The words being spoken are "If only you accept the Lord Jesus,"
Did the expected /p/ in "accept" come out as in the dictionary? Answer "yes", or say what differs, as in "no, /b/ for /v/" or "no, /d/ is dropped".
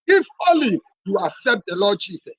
yes